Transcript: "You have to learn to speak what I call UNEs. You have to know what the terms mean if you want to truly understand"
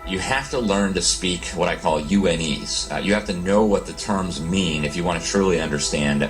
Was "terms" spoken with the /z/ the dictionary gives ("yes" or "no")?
yes